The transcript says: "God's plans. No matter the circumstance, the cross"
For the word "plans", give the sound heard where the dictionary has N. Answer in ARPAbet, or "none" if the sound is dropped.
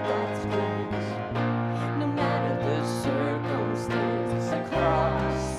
none